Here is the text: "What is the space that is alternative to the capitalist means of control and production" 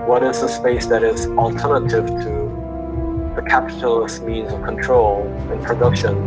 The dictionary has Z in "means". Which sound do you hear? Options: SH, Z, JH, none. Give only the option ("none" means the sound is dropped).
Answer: Z